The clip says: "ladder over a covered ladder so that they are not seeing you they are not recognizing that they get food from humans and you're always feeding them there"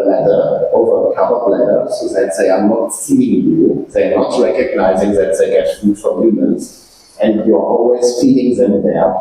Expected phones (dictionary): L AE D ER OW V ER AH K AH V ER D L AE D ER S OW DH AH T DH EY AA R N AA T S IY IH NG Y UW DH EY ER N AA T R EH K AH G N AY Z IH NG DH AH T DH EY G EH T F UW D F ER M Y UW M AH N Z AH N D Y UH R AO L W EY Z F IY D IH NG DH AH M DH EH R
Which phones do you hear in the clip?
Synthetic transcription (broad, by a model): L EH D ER OW V ER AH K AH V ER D L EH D ER S OW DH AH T DH EY AA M N AA T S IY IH NG Y UW DH EY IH N AA T R EH K AH G N AY Z IH NG DH AH T DH EY G EH T F UW D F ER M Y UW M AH N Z AH N D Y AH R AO L W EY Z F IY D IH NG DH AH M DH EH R